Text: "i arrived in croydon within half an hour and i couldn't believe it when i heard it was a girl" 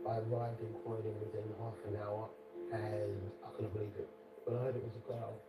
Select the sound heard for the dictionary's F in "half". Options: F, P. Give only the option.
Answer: F